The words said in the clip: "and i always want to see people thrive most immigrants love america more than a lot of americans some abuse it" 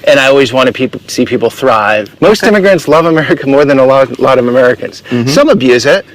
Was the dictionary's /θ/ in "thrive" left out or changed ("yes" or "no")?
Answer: no